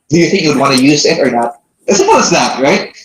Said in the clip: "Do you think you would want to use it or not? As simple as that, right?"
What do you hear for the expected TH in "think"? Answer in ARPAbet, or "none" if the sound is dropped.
TH